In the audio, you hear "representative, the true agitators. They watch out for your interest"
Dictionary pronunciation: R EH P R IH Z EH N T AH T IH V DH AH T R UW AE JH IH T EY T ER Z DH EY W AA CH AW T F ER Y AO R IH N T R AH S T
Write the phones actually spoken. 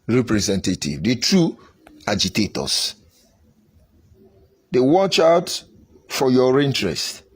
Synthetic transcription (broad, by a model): R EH P R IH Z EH N T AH T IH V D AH T R UW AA JH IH T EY T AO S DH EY W AA CH AW T F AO Y AO R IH N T R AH S T